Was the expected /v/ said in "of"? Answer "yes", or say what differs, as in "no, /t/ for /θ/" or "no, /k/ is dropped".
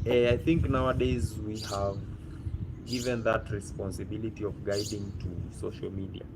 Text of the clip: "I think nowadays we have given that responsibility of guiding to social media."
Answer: yes